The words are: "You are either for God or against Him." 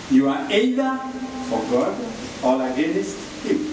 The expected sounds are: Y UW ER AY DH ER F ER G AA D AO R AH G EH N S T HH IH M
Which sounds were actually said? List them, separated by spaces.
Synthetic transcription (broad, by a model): Y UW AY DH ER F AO G AA D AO L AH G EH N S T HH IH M